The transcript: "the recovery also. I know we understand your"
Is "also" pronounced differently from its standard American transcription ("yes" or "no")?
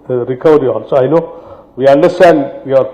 yes